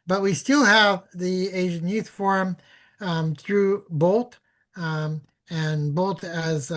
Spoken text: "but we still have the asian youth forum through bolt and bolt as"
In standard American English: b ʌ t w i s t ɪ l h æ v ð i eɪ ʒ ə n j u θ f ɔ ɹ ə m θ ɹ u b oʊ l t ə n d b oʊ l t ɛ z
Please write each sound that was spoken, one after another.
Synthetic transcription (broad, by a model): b ʌ t w i s t ɪ l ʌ v ð i eɪ ʒ ə n j u θ f ɔ ɹ ə m θ ɹ u b oʊ l t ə n b oʊ l t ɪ z